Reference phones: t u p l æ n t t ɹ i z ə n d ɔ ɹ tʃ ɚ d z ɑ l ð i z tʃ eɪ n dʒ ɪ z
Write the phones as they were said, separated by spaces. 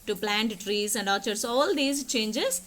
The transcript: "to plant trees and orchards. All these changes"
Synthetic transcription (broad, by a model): t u p l æ n t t ɹ i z ə n d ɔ tʃ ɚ d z ɑ l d i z tʃ eɪ n dʒ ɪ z